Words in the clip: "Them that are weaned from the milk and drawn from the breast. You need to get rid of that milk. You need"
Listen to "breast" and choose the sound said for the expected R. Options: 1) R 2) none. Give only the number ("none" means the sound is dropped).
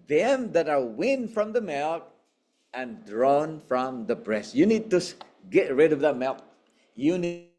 1